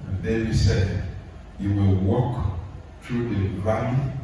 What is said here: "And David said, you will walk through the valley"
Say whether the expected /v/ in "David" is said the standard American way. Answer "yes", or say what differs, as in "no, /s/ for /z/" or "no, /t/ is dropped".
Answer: no, /v/ is dropped